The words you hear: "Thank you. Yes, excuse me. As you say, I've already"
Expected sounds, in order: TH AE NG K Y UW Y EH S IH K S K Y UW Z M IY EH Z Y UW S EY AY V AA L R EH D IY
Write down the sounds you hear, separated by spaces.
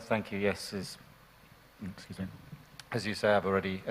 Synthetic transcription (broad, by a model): TH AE NG K Y UW Y EH S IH K S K Y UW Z M IY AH Z Y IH S EY AY V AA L R EH D IY